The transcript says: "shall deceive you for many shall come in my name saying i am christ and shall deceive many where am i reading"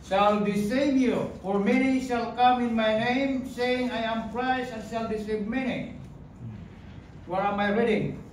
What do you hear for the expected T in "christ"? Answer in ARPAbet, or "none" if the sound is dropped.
none